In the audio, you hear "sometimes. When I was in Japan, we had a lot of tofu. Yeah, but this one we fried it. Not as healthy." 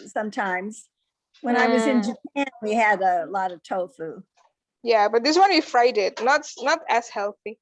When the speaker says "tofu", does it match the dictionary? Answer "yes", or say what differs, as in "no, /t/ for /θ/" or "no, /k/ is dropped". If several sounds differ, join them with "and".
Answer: yes